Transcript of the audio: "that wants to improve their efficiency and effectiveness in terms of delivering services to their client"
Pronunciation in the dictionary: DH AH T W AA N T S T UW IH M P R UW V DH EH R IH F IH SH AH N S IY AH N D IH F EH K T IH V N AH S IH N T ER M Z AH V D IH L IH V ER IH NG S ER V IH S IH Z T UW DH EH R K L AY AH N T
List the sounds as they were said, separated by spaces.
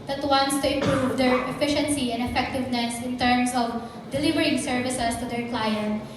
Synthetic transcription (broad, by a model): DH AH T W AA N T S T UW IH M P R UW V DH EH R IH F IH SH AH N S IY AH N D IH F EH K T IH V N AH S IH N T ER M S AH V D IH L IH V ER IH NG S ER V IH S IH S T UW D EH R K L AY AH N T